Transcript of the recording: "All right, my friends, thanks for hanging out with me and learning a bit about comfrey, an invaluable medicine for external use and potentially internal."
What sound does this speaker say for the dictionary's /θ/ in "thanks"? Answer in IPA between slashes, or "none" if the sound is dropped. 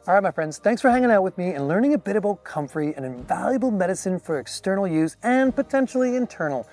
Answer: /θ/